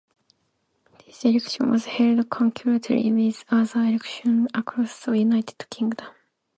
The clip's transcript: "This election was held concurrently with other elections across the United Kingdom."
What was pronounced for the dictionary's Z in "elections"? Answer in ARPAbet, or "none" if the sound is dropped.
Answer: none